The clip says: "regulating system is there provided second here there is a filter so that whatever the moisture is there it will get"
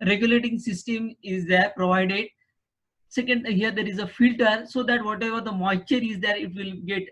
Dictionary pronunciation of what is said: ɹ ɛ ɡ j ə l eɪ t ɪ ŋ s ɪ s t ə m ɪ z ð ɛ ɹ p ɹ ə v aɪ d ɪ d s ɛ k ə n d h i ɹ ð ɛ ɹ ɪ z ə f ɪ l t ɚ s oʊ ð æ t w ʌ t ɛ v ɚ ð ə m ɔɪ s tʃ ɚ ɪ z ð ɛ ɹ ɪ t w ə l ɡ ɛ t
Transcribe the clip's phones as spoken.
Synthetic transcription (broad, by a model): ɹ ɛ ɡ j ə l eɪ t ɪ ŋ s ɪ s t ə m ɪ z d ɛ ɹ p ɹ ə v aɪ d ɪ d s ɛ k ə n d h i ɹ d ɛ ɹ ɪ z ə f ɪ l t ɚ s oʊ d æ t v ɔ t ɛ v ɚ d ə m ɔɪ tʃ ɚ ɪ z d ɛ ɹ ɪ t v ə l ɡ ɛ t